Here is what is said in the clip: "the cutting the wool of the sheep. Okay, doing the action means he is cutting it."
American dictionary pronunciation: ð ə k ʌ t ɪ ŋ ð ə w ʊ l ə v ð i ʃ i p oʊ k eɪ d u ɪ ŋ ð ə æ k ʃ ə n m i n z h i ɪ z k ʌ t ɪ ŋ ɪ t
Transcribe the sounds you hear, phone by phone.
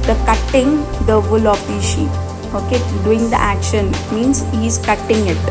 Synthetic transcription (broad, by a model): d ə k ʌ t ɪ ŋ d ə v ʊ l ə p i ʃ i oʊ k eɪ d u ɪ ŋ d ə æ k ʃ ə n m i n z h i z k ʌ t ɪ ŋ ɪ t